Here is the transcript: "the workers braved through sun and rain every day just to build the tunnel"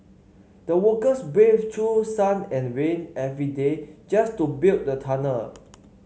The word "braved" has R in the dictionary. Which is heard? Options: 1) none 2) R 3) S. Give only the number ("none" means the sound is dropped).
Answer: 1